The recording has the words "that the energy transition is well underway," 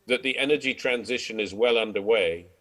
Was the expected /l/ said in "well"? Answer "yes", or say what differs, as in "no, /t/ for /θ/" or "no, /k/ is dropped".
yes